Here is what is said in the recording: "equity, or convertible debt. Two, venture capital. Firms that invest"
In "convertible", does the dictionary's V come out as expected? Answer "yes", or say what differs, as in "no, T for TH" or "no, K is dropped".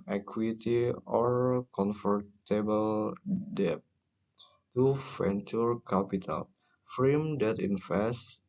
no, F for V